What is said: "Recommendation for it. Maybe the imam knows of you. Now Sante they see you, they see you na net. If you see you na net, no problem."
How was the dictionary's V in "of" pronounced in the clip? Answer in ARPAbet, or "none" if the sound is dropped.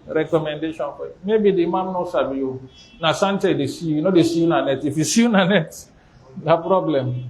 B